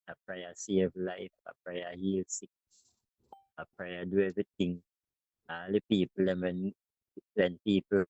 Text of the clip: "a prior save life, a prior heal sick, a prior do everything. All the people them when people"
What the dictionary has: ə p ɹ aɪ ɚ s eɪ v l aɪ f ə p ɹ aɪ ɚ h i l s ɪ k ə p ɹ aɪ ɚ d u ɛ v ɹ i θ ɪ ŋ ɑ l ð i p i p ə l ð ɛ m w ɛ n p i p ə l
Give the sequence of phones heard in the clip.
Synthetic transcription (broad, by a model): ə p ɹ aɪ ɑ s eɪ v l aɪ f ə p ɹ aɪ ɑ h i l s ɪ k ə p ɹ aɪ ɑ d u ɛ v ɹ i t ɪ ŋ ɑ l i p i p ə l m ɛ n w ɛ n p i p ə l